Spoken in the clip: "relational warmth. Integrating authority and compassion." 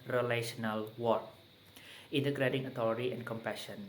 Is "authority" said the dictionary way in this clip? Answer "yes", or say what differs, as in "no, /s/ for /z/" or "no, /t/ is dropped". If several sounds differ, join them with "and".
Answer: no, /t/ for /θ/